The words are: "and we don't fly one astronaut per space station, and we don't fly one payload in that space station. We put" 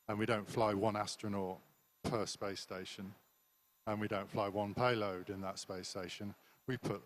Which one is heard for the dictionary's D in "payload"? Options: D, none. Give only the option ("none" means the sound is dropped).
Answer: D